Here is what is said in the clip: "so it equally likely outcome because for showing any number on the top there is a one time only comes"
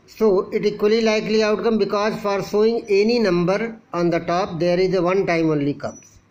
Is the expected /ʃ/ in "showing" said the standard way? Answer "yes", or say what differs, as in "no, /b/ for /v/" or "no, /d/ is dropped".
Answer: no, /s/ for /ʃ/